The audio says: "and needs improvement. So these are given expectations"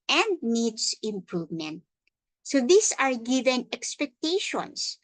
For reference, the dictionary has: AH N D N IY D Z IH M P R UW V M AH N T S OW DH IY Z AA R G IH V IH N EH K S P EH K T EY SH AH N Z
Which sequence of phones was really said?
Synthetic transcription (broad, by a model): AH N D N IY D S IH M P R UW V M AH N T S OW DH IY S AA R G IH V IH N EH K S P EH K T EY SH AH N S